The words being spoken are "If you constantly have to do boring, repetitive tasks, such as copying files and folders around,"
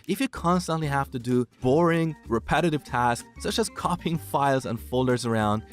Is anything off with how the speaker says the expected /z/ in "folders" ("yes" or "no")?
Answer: no